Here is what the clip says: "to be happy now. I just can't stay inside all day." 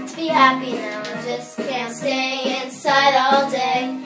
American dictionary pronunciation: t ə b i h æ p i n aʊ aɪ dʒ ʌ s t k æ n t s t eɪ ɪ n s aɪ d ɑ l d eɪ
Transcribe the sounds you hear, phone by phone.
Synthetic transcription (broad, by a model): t b i h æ p i n aʊ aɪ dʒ ʌ s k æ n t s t eɪ ɪ n s aɪ d ɑ l d eɪ